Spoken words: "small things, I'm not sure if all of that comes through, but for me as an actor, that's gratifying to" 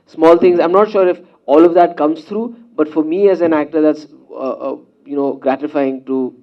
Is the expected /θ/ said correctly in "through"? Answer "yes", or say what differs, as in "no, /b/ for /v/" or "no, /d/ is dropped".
no, /s/ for /θ/